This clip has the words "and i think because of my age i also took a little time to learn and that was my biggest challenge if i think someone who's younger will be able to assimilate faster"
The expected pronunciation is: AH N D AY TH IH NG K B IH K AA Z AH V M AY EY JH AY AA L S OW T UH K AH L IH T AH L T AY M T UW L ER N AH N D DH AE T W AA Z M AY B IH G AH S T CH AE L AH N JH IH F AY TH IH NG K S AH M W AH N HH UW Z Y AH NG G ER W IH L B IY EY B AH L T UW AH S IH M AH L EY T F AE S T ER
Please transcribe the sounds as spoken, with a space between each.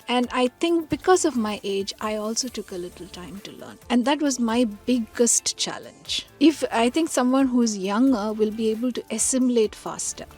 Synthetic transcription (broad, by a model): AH N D AY T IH NG K B IH K AA Z AH V M AY EY JH AY AA L S OW T UH K AH L IH T AH L T AY M T UW L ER N AH N D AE T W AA Z M AY B IH G AH S T CH AE L AH N JH IH F AY T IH NG K S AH M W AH N HH UW Z Y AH NG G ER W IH L B IY EY B AH L T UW AH S IH M AH L EY T F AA S T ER